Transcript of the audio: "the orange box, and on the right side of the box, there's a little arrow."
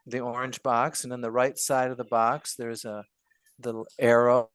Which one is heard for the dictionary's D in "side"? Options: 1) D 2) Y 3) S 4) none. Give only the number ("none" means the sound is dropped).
1